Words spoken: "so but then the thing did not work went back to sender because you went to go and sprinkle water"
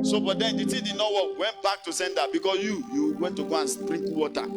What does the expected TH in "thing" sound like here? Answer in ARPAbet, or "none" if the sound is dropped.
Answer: T